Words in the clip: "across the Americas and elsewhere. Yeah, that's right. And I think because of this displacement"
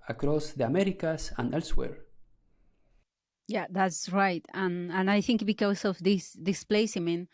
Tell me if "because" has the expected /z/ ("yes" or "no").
no